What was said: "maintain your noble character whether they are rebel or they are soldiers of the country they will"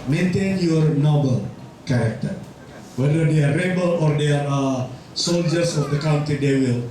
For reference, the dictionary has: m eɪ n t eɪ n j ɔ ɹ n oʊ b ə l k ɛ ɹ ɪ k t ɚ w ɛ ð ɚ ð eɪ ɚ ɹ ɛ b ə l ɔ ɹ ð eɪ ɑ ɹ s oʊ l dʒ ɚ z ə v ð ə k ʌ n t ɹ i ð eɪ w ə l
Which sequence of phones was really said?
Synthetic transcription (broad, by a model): m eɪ n t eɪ n j ɔ ɹ n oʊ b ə l k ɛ ɹ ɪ k t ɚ w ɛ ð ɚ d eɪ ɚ ɹ ɛ b ə l ɔ ɹ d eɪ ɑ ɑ s oʊ l dʒ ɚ s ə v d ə k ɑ n t i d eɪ w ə l